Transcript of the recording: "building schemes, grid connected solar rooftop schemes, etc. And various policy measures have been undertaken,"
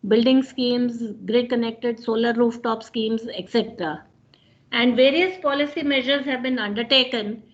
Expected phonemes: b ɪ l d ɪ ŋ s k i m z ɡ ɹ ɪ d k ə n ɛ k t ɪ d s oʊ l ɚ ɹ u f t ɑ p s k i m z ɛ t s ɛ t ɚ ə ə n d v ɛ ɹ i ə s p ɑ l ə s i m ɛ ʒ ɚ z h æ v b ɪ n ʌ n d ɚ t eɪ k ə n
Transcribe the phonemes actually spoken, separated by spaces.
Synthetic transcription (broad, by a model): b ɪ l d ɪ ŋ s k i m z ɡ ɹ ɪ d k ə n ɛ k t ɪ d s oʊ l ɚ ɹ u f t ɑ p s k i m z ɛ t s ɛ t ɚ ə ə n d v ɛ ɹ i ə s p ɑ l ə s i m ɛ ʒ ɚ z h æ v b ɪ n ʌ n d ɚ t eɪ k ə n